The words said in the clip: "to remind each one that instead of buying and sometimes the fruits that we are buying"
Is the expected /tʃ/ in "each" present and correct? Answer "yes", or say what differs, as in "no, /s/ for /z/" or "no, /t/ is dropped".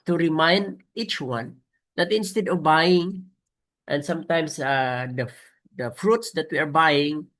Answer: yes